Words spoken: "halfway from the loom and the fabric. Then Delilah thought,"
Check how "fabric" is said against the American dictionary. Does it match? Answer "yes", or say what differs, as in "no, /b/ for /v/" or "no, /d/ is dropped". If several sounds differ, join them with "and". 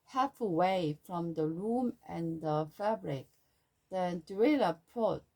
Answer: yes